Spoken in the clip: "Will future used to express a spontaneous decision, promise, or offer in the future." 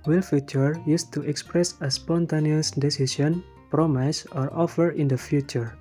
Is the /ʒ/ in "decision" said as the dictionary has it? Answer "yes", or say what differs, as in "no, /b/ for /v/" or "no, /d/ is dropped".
no, /s/ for /ʒ/